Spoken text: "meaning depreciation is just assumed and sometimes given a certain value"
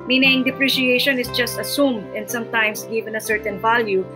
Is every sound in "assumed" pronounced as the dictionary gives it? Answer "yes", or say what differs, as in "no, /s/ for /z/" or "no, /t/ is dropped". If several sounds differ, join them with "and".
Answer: yes